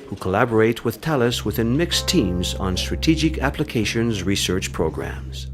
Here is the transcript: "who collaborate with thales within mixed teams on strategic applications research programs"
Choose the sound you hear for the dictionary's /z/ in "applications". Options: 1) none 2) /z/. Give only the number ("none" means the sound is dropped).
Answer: 2